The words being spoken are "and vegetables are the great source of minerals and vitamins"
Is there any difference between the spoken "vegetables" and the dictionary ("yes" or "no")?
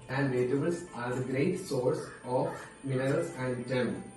yes